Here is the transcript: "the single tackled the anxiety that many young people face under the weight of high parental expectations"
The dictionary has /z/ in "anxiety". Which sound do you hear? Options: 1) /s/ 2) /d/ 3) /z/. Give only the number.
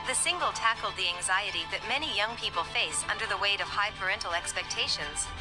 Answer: 3